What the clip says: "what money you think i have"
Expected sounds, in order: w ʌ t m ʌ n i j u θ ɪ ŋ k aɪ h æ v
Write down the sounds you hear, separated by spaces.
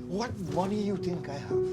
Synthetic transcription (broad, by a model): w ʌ t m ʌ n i j u t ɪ ŋ k aɪ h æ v